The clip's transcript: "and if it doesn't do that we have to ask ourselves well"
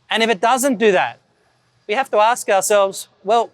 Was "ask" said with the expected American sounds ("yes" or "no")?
yes